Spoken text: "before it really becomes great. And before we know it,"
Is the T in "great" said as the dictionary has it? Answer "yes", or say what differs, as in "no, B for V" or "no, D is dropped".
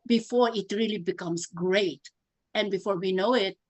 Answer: yes